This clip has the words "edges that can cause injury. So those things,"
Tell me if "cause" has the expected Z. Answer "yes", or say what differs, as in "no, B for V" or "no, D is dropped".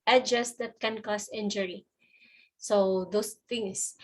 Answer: no, S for Z